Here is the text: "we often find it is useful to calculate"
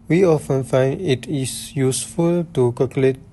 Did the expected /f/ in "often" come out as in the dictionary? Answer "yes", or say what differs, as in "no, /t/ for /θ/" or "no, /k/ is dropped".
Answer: yes